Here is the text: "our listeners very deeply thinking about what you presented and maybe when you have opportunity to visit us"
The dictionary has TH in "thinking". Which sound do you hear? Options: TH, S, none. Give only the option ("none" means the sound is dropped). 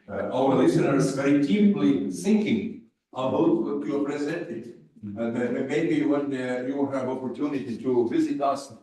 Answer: S